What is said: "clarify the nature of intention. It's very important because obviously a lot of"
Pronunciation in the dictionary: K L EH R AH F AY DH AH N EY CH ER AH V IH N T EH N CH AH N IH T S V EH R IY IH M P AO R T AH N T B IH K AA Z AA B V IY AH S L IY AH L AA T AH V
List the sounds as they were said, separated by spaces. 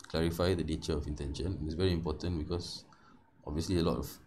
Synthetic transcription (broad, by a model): K L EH R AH F AY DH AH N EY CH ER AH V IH N T EH N SH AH N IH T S V EH R IY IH M P AO T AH N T B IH K AA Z AA B V IY AH S L IY AH L AA T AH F